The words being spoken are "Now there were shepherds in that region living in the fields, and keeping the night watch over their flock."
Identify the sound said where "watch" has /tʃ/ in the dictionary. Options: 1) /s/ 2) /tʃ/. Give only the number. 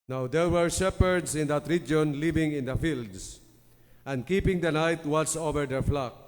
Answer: 1